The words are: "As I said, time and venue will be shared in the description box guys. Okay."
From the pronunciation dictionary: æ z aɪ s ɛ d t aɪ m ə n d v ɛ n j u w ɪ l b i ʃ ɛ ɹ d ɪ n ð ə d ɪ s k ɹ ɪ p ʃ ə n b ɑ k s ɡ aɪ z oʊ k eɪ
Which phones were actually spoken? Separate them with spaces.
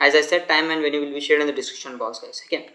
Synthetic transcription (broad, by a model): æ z aɪ s ɛ d t aɪ m ə n d v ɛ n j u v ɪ l b i ʃ ɛ ɹ d ɪ n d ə d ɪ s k ɪ ʃ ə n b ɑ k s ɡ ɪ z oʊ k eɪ